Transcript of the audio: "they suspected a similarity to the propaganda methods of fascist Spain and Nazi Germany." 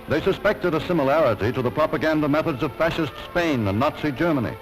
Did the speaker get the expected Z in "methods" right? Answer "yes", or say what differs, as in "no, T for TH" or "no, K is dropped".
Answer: yes